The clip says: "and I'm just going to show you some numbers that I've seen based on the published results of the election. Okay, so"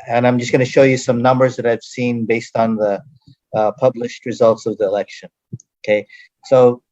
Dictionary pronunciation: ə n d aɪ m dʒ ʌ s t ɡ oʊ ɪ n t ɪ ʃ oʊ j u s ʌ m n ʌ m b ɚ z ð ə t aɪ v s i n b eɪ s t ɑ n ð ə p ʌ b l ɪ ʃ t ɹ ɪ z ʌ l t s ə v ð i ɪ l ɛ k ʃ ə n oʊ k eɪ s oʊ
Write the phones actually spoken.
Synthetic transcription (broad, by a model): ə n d aɪ m dʒ ʌ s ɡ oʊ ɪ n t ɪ ʃ oʊ j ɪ s ʌ m n ʌ m b ɚ z ð ə t aɪ v s i n b eɪ s t n ð ə p ʌ b l ɪ ʃ t ɹ ɪ z ʌ l t s ə v ð i ɪ l ɛ k ʃ ə n oʊ k eɪ s oʊ